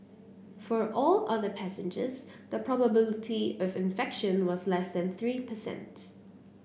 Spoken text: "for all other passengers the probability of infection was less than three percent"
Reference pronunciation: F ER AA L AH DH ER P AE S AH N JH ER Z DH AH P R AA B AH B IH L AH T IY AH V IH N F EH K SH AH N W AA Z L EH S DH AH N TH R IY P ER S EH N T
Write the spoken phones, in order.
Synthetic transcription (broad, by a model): F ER AA L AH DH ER P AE S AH N JH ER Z DH AH P R AA B AH B IH L AH T IY AH V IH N F EH K SH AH N W AA Z L EH S DH AH N TH R IY P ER S EH N T